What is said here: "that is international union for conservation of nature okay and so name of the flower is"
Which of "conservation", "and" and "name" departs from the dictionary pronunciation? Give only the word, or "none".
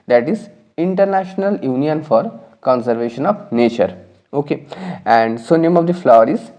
none